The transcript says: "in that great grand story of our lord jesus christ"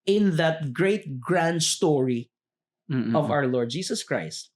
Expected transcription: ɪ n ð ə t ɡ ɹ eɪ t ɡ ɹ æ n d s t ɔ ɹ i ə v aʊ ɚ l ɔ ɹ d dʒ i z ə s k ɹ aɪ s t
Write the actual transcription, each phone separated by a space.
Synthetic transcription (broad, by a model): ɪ n ð ə t ɡ ɹ eɪ t ɡ ɹ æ n d s t ɔ ɹ i ə v aʊ ɚ l ɔ ɹ d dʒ i s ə s k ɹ aɪ s t